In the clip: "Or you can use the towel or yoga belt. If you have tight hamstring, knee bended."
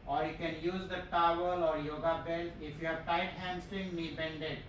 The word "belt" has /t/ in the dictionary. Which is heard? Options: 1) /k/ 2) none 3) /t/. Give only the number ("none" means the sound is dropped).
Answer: 2